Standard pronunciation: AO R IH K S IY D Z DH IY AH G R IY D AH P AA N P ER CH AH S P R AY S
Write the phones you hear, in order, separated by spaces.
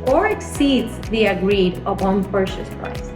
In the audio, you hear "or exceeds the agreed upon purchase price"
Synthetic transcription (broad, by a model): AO R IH K S IY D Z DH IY AH G R IY D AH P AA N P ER SH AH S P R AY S